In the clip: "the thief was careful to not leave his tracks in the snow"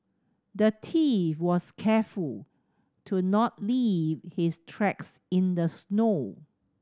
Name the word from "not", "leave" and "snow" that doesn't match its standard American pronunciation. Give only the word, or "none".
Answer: none